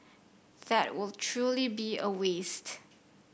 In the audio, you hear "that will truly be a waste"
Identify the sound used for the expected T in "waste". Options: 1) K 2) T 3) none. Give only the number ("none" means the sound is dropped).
2